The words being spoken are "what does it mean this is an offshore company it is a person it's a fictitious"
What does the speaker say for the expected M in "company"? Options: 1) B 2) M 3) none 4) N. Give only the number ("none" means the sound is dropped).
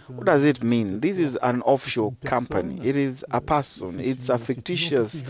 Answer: 2